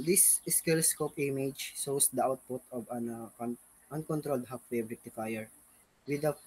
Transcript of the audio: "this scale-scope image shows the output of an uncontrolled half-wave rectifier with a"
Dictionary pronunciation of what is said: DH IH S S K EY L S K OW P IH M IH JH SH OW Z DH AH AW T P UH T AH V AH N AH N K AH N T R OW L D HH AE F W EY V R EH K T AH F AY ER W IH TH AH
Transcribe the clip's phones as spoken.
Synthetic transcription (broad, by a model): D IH S S K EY L S K OW P IH M IH JH S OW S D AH AW T P UH T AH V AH N AH N K AH N T R OW L D HH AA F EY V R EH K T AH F AY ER W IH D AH